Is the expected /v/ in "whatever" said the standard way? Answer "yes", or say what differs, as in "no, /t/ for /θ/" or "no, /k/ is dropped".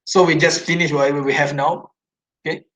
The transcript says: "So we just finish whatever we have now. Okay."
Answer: no, /w/ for /v/